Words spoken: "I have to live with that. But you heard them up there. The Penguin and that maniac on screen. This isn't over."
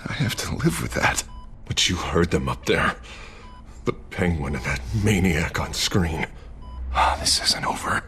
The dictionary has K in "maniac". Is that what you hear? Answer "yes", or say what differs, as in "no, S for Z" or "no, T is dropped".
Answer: yes